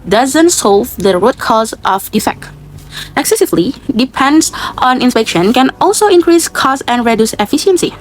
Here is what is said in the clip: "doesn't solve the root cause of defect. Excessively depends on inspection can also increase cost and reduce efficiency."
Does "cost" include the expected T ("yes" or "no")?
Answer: no